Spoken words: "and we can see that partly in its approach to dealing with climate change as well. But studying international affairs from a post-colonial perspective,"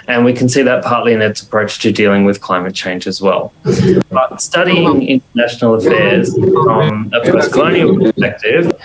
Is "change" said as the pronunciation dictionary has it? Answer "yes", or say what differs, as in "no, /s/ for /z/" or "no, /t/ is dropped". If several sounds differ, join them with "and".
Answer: yes